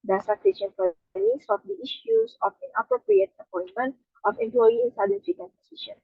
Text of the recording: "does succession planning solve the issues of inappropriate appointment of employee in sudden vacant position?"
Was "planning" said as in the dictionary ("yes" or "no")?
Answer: no